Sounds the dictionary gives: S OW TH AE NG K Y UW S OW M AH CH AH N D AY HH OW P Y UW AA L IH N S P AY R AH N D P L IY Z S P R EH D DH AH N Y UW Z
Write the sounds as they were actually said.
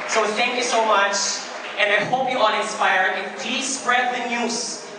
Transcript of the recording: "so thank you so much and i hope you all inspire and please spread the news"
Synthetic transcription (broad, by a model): S OW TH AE NG K Y UW S OW M AH CH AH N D AY HH OW P Y UW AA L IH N S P AY R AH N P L IY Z S P R EH D DH AH N Y UW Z